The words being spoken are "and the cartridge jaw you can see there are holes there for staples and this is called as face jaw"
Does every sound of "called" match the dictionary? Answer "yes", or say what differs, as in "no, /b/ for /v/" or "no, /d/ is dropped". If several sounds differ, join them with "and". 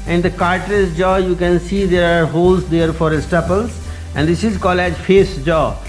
no, /d/ is dropped